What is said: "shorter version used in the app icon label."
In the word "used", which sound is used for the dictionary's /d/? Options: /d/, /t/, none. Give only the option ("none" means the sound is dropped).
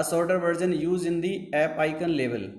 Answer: none